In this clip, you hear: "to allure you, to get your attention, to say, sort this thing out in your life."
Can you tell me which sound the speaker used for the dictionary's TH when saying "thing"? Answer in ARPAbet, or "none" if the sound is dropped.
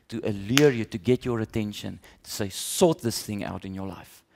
TH